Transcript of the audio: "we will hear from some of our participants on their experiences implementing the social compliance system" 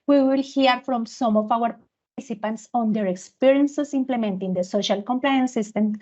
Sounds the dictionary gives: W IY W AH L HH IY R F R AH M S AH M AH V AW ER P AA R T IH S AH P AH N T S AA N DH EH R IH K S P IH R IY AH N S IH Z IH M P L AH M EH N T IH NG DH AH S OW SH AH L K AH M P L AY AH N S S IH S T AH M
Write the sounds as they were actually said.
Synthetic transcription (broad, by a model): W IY W AH L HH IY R F R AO M S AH M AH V AW ER P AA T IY S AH P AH N T S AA N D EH R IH K S P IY R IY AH N S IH S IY M P L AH M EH N T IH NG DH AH S OW SH AH L K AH M P L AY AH N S S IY S T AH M